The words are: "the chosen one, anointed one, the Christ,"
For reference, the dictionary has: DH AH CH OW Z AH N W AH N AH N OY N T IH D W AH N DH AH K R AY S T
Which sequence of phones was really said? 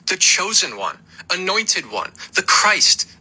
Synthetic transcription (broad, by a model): DH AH CH OW Z AH N W AH N AH N OY N T IH D W AH N DH AH K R AY S T